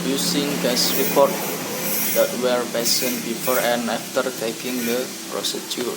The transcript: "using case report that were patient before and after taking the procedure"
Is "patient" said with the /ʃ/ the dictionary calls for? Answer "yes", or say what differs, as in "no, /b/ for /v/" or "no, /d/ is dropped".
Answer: no, /s/ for /ʃ/